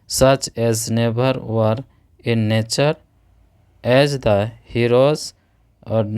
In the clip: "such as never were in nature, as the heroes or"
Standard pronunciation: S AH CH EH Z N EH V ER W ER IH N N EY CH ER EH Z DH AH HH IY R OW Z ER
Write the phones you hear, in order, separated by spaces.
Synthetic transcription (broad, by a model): S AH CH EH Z N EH B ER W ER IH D N EY CH ER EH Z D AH HH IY R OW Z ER